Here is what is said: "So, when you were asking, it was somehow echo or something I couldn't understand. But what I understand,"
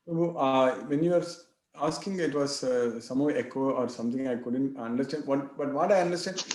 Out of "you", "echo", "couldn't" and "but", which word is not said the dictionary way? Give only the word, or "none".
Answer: none